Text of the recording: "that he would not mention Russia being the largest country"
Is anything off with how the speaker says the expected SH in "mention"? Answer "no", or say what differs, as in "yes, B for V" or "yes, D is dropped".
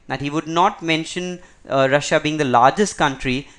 no